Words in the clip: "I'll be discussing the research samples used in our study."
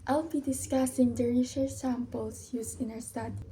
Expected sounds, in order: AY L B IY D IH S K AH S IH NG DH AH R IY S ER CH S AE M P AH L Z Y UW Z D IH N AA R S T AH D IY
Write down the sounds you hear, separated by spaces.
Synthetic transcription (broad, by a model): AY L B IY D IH S K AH S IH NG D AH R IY SH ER S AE M P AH L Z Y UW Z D IH N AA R S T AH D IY